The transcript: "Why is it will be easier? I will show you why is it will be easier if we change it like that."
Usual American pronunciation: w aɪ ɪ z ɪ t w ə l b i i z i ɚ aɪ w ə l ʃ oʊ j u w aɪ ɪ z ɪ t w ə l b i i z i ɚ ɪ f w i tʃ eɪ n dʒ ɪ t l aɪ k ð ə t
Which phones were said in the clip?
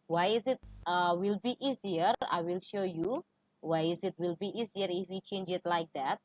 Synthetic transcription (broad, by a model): w aɪ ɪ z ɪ t w ə l b i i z i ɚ aɪ w ə l ʃ oʊ j u w aɪ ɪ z ɪ t w ə l b i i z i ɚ ɪ f w i tʃ eɪ n dʒ ɪ t l aɪ k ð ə t